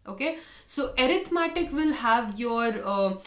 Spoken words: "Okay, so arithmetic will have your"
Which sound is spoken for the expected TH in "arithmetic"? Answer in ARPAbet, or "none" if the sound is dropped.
T